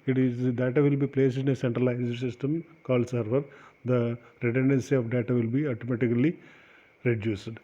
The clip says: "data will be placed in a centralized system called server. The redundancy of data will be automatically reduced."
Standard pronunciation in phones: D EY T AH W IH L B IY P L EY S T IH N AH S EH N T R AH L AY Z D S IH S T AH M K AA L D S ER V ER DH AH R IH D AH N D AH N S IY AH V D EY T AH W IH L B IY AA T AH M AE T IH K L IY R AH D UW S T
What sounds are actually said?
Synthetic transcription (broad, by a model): D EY T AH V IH L B IY P L EY S IH N AH S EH N T R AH L AY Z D S IH S T AH M K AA L S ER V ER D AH R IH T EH N D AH N S IY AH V D EY T AH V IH L B IY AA T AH M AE T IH K L IY R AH D UW S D